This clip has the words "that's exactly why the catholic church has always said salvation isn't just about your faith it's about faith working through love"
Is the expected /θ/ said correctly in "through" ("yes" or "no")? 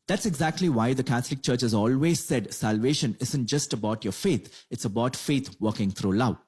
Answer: no